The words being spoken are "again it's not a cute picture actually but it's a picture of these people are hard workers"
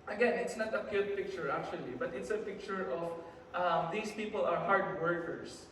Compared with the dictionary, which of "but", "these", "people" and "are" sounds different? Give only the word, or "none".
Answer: these